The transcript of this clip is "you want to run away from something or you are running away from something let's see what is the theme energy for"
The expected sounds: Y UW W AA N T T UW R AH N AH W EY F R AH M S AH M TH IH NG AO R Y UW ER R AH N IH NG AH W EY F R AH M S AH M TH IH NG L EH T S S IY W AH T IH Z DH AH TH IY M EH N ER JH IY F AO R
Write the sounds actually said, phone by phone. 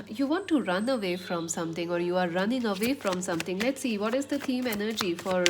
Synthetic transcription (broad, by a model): Y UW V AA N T T UW R AH N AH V EY F R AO M S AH M T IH NG AO R Y UW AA R AH N IH NG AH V EY F R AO M S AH M T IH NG L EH T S S IY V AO T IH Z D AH T IY M EH N ER JH IY F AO R